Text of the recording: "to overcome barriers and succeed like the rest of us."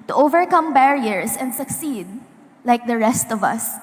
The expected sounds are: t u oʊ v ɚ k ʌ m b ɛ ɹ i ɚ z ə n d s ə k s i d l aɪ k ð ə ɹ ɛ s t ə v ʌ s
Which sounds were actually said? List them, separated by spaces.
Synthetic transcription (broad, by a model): t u oʊ v ɚ k ʌ m b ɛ ɹ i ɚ s ə n d s ə k s i d l aɪ k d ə ɹ ɛ s t ə v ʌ s